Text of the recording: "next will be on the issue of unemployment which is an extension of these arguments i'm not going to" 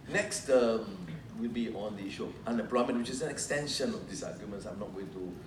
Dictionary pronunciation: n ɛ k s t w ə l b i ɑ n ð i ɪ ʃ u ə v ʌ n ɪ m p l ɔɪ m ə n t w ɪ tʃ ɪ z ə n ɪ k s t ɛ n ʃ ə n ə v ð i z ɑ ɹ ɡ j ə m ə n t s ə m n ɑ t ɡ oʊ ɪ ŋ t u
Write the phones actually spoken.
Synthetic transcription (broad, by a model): n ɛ k s t w ə l b i ɑ n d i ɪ ʃ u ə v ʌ n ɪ m p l ɔɪ m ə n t w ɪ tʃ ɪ s ə n ɪ k s t ɛ n ʃ ə n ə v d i s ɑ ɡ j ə m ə n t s ə m n ɑ t ɡ oʊ ɪ ŋ t u